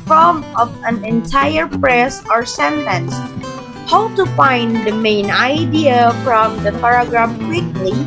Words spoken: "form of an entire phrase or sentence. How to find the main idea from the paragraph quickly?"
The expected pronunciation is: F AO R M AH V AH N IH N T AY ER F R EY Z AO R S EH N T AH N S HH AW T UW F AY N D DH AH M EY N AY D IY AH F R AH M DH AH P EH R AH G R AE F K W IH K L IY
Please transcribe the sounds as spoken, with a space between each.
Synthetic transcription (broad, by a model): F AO M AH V AH N IH N T AY ER P R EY S AO R S EH N T AH N S HH AW T UW F AY N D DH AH M EY N AY D IY AH F R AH M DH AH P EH R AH G R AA F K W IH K L IY